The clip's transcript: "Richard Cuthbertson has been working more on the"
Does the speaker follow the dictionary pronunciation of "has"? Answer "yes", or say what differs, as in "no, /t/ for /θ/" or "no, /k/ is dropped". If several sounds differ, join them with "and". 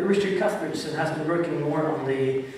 yes